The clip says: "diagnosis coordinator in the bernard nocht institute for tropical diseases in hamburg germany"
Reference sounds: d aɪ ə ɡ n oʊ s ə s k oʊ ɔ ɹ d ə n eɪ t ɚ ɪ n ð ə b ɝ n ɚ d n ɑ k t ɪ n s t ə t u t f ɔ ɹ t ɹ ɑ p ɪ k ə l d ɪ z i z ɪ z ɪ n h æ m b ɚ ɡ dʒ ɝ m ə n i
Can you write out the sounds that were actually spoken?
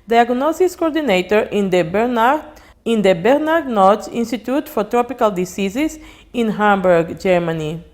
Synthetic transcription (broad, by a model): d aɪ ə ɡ n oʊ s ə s k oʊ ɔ ɹ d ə n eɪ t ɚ ɪ n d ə b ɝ n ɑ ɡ n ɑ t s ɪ n s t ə t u t f ɔ ɹ t ɹ ɑ p ɪ k ə l d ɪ s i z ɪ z ɪ n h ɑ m b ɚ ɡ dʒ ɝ m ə n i